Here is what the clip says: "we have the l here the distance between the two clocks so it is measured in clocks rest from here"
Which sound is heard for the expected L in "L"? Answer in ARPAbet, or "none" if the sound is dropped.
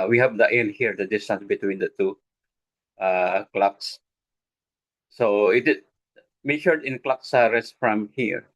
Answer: N